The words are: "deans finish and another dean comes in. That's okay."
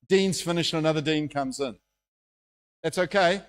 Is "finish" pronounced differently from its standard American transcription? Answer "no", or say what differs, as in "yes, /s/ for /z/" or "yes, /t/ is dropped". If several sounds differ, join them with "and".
no